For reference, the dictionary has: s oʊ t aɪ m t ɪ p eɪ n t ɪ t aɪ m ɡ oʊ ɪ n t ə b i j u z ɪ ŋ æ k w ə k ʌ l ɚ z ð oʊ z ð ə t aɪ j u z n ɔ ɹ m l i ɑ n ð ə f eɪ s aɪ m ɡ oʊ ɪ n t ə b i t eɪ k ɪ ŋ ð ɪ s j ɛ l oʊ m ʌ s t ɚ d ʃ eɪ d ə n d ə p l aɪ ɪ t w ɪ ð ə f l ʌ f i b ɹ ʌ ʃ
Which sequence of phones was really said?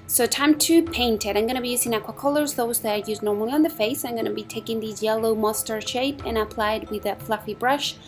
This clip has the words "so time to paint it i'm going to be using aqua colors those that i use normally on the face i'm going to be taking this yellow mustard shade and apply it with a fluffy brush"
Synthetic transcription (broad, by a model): s oʊ t aɪ m t ɪ p eɪ n t ɪ t aɪ m ɡ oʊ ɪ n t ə b i j u z ɪ ŋ æ k w ə k ʌ l ɚ z ð oʊ z ð ə t aɪ j u z n ɔ ɹ m l i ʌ n ð ə f eɪ s aɪ m ɡ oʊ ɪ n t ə b i t eɪ k ɪ ŋ ð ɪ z j ɛ l oʊ m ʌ s t ɚ ʃ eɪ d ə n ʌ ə p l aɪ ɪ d w ɪ ð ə f l ʌ f i b ɹ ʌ ʃ